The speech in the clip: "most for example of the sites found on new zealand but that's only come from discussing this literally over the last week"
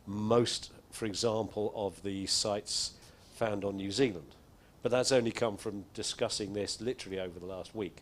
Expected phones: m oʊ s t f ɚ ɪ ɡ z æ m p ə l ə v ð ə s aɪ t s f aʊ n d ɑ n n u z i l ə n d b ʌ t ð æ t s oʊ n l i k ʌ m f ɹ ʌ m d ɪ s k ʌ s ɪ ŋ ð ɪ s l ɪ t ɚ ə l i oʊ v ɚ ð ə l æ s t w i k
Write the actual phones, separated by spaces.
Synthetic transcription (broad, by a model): m oʊ s t f ɚ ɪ ɡ z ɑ m p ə l ə v ð ə s aɪ t s f aʊ n d n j u z i l ə n d b ʌ t ð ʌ t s oʊ n l i k ʌ m f ɹ ʌ m d ɪ s k ʌ s ɪ ŋ ð ɪ s l ɪ t ɚ ə l i oʊ v ɚ ð ə l æ s t w i k